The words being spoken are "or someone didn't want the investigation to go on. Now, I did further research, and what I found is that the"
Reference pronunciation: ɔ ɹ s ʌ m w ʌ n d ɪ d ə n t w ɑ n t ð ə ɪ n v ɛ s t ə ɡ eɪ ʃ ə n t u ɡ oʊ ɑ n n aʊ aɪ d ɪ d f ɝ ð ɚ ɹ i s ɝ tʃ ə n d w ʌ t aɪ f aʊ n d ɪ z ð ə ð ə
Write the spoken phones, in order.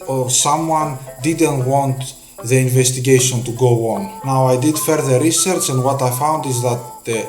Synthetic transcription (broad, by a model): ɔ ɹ s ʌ m w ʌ n d ɪ d ə n t w ɑ n t ð ə ɪ n v ɛ s t ə ɡ eɪ ʃ ə n t u ɡ oʊ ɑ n n aʊ aɪ d ɪ d f ɝ ð ɚ ɹ i s ɝ tʃ ə n d w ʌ t aɪ f aʊ n d ɪ z ð ə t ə